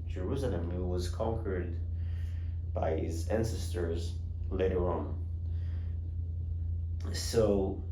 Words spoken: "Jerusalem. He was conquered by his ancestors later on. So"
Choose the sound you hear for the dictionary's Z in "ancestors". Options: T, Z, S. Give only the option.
Z